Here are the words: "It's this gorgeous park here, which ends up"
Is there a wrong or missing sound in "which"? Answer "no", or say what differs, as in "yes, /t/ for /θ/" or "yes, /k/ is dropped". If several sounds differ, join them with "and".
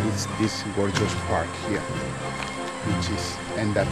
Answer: yes, /s/ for /tʃ/